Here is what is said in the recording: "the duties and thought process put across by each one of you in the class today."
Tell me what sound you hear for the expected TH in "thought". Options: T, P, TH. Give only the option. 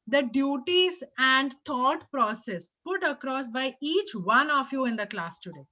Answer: T